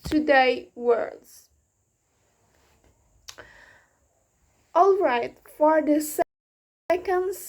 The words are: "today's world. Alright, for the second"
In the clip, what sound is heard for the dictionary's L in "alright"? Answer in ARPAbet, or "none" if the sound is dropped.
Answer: L